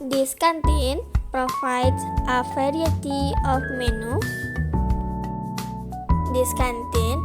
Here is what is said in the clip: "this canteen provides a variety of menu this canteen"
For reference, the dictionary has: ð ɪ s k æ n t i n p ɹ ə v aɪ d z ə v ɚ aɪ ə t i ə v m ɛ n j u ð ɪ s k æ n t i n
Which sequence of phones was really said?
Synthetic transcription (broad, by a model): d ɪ s k æ n t i n p ɹ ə f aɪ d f ə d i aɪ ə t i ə f m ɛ n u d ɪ s k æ n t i n